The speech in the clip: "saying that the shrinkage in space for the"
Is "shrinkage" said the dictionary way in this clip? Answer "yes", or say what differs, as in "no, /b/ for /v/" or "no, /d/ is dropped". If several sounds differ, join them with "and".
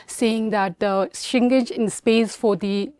no, /ɹ/ is dropped